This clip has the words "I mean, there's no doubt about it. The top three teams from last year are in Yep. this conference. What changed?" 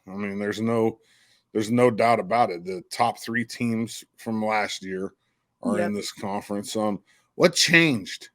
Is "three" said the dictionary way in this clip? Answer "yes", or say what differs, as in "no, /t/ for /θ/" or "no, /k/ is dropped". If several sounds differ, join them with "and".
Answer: yes